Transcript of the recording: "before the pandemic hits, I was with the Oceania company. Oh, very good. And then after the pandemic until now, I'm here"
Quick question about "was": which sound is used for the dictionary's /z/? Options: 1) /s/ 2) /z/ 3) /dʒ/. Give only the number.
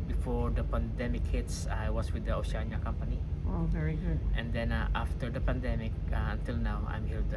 1